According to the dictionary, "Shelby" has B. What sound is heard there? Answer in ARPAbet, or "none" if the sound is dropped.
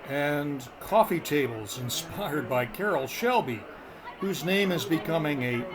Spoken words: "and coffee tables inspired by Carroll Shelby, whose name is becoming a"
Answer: B